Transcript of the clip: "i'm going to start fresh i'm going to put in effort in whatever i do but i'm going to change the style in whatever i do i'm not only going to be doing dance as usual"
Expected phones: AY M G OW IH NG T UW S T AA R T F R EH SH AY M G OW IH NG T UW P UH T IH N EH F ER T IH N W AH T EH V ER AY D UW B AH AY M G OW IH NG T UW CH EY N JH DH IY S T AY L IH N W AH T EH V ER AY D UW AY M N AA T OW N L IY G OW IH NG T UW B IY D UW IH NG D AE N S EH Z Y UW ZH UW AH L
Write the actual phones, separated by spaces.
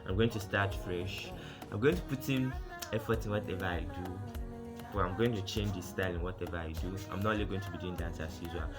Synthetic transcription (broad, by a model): AY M G OW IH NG T UW S T AA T F R EH SH AY M G OW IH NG T UW P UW T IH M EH F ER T IH N W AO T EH V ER AY D UW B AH AY M G OW IH NG T UW CH EY N JH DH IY S T AY L IH N W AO T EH V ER AY D UW AY M N AA T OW L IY G OW IH NG T UW B IY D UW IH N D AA N S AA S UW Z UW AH